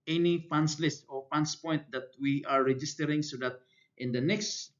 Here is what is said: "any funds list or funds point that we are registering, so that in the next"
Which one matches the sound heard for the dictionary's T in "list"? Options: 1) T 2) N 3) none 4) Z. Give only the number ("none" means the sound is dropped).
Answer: 1